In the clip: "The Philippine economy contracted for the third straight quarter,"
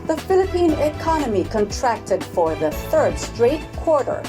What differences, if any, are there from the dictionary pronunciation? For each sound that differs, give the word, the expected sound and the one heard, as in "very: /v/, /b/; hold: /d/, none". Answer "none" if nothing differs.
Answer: none